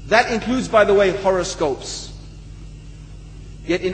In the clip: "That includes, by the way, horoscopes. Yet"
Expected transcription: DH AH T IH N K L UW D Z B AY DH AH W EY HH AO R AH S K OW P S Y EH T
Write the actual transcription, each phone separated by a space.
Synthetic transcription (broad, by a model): DH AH T IH N K L UW D Z B AY DH AH W EY HH AO R AH S K OW P S Y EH T